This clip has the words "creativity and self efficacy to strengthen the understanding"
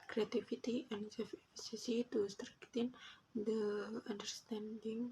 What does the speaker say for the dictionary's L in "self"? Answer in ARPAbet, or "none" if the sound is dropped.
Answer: none